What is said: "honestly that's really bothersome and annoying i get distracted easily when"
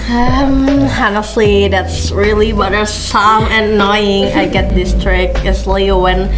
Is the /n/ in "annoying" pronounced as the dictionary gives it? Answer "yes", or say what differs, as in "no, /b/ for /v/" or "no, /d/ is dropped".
no, /n/ is dropped